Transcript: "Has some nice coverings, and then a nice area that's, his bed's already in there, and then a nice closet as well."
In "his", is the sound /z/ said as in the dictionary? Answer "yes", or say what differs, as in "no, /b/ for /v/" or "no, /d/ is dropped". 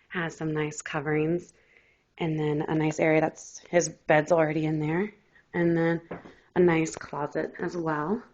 yes